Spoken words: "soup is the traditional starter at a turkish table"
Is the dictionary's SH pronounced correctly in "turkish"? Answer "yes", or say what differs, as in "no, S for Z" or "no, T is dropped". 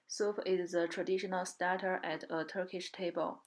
yes